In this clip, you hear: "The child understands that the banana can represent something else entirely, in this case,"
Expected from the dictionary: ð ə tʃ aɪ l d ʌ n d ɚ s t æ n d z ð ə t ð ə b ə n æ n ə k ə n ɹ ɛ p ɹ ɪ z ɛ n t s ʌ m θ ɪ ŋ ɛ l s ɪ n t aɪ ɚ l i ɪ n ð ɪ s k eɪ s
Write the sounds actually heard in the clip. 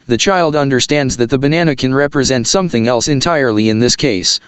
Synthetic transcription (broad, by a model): ð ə tʃ aɪ l d ʌ n d ɚ s t æ n d z ð ə t ð ə b ə n æ n ə k ə n ɹ ɛ p ɹ ɪ z ɛ n t s ʌ m θ ɪ ŋ ɛ l s ɪ n t aɪ ɚ l i ɪ n ð ɪ s k eɪ s